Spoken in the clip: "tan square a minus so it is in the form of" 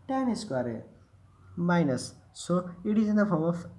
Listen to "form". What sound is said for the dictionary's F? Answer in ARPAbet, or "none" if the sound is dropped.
P